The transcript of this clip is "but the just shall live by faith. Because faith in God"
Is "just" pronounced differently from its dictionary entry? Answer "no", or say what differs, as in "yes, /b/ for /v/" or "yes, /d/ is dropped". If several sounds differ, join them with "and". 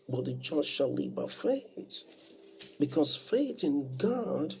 yes, /tʃ/ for /dʒ/